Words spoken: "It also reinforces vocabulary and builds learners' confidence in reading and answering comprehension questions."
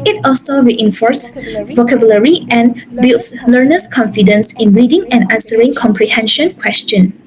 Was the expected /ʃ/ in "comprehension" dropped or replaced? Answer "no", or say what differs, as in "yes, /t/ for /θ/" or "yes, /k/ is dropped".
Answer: no